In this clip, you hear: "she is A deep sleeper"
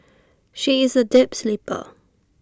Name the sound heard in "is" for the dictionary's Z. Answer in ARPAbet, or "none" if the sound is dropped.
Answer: Z